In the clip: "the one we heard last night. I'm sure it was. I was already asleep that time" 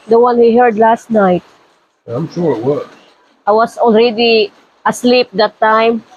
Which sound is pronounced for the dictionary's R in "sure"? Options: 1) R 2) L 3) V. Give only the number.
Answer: 1